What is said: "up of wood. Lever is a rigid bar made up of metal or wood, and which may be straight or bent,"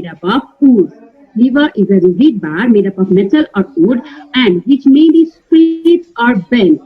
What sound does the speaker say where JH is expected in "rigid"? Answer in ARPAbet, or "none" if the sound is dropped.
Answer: Z